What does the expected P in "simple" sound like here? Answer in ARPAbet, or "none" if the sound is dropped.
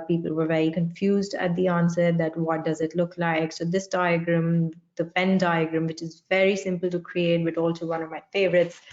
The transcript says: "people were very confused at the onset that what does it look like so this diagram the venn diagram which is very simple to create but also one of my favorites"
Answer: P